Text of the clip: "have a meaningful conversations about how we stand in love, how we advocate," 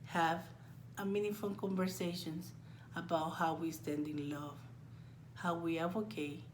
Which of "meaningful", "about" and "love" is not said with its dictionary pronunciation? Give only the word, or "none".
meaningful